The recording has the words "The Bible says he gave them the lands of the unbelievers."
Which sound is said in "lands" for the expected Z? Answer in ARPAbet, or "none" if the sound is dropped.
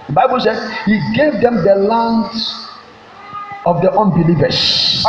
none